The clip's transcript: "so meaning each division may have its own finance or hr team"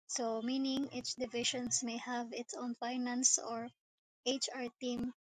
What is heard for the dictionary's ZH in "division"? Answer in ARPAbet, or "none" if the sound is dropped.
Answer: SH